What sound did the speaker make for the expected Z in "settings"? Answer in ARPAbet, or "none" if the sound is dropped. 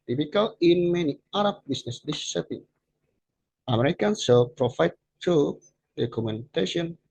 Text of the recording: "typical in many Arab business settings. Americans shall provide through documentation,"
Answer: none